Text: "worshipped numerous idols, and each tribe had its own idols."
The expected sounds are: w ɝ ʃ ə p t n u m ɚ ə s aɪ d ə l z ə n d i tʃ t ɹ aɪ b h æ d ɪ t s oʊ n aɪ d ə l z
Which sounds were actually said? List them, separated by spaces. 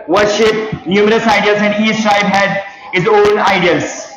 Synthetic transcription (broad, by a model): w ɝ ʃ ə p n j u m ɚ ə s aɪ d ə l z ə n d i s t ɹ aɪ b h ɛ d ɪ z oʊ n aɪ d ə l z